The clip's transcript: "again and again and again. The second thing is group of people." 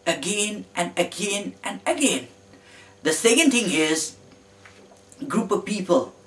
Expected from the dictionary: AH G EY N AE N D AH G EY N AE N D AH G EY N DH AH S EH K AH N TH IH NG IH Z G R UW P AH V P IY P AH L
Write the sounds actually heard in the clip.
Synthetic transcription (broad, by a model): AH G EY N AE N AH G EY N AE N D AH G EY N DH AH S EH K AH N T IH NG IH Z G R UW P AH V P IY P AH L